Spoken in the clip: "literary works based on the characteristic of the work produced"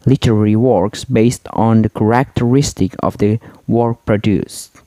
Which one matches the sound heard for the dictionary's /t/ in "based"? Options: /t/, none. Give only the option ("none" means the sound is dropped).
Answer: /t/